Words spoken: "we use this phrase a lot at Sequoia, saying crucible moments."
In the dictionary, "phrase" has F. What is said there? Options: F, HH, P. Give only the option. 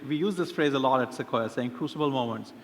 F